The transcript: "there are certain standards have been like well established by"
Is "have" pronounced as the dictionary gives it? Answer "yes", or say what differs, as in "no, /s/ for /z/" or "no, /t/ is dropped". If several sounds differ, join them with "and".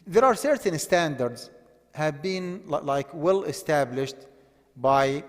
yes